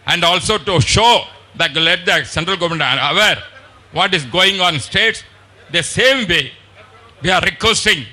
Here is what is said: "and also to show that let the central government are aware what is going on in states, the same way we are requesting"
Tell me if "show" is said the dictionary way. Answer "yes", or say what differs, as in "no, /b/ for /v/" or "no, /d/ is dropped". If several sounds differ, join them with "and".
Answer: yes